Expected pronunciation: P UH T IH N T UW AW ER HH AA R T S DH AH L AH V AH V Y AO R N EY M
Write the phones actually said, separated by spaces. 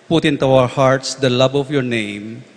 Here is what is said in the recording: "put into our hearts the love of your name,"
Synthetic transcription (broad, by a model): P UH T IH N T UW AW ER HH AA R T S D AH L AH B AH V Y AO R N EY M